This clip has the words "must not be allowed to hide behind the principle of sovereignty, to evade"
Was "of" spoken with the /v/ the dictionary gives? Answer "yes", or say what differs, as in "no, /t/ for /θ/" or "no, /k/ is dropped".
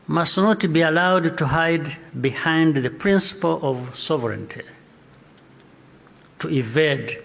yes